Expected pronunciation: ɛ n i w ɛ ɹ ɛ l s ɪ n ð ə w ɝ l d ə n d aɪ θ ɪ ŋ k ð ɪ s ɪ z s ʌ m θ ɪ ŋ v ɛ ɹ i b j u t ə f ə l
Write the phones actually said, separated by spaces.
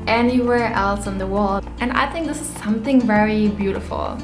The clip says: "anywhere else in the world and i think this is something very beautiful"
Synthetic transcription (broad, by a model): ɛ n i w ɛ ɹ ɛ l s ɪ n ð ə w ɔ l ə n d aɪ θ ɪ ŋ k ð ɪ s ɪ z s ʌ m θ ɪ ŋ v ɛ ɹ i b j u t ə f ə l